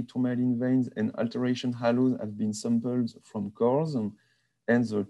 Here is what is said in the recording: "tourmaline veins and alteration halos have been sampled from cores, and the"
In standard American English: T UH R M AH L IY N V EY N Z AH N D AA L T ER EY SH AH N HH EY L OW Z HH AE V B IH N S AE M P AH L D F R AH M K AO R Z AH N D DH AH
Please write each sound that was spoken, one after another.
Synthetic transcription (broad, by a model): T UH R M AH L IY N V EY N Z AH N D AA L T ER EY SH AH N HH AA L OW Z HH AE V B IH N S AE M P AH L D F R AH M K AO R Z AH N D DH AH